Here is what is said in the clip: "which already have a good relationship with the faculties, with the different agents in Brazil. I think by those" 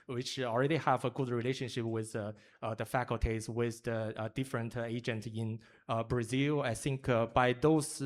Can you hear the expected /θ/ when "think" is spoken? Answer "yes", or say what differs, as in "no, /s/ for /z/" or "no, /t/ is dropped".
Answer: yes